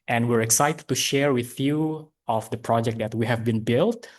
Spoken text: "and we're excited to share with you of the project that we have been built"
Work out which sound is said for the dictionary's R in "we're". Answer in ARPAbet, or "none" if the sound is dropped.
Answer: R